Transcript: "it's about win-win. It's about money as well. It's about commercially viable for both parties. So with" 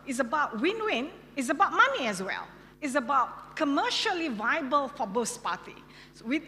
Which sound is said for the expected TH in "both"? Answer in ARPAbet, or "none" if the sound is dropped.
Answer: S